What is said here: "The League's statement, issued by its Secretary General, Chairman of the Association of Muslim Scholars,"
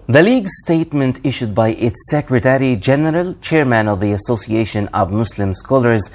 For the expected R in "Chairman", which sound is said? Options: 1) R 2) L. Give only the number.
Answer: 1